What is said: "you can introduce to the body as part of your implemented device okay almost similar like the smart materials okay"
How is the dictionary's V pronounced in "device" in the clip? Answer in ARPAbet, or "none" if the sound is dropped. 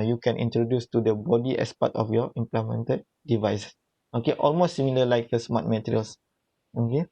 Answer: V